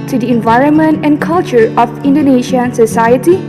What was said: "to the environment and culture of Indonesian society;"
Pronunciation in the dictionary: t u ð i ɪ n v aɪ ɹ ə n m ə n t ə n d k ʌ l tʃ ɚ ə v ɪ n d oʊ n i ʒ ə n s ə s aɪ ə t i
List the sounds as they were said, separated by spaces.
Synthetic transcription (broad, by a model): t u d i ɪ n v aɪ ɹ ə n m ə n t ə n k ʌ l tʃ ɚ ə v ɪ n d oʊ n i ʃ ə n s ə s aɪ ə t i